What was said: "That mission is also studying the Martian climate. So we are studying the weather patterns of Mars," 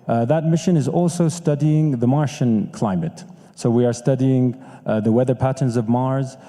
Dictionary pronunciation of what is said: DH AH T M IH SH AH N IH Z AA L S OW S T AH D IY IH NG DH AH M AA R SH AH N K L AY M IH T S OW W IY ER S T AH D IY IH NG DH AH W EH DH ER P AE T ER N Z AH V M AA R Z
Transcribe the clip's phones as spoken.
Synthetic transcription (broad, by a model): DH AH T M IH SH AH N IH Z AA L S OW S T AH D IY IH NG DH AH M AA R SH AH N K L AY M IH T S OW W IY ER S T AH D IY IH NG DH AH W EH DH ER P AE T ER N Z AH V M AA R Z